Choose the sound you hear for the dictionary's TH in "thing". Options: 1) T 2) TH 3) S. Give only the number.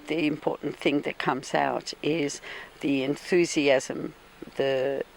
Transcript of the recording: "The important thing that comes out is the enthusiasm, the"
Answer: 2